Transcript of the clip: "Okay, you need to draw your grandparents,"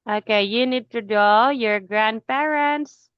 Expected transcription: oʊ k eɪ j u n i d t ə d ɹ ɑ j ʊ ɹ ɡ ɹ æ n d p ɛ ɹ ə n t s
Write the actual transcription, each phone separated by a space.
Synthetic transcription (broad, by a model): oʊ k eɪ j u n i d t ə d ɑ j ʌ ɹ ɡ ɹ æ n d p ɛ ɹ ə n t s